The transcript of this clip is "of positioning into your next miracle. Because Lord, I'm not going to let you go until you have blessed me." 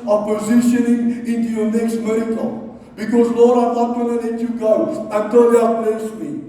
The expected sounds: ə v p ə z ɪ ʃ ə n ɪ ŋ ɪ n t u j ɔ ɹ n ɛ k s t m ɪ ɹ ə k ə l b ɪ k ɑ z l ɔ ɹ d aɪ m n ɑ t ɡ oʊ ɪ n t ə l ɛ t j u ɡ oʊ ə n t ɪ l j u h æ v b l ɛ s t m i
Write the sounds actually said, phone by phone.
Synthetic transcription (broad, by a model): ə p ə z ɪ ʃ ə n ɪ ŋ ɪ n t u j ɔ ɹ n ɛ k s t m ɪ ɹ ə k ə l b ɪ k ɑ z l ɔ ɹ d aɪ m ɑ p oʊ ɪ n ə n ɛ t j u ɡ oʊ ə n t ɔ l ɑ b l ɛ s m i